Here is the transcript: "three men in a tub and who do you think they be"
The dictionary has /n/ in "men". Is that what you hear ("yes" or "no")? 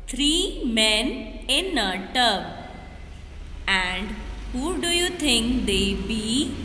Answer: yes